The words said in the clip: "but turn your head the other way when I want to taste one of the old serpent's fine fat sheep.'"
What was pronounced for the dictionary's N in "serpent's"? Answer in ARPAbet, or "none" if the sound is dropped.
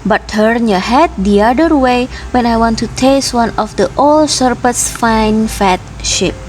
none